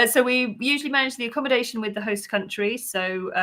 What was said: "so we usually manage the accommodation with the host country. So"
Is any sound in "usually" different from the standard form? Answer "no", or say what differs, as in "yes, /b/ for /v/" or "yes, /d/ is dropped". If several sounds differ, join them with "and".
no